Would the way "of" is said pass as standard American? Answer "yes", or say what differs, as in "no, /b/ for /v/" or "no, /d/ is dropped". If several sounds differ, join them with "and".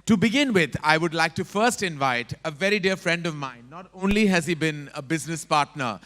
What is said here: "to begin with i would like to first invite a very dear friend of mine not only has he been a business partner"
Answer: yes